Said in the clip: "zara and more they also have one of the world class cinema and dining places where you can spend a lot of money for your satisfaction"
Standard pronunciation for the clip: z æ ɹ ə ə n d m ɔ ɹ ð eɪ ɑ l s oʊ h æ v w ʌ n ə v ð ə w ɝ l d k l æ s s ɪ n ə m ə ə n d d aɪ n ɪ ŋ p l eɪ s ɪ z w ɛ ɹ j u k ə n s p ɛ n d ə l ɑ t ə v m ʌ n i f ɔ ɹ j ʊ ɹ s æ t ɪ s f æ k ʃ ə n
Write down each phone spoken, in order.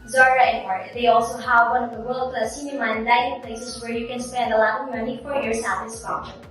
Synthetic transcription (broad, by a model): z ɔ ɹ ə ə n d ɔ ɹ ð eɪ ɑ l s oʊ h æ v w ʌ n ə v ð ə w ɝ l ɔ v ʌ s s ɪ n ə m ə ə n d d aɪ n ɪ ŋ p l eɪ s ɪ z w ɛ ɹ j u k ə n s p ɛ n d ə l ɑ ə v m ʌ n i f ɔ ɹ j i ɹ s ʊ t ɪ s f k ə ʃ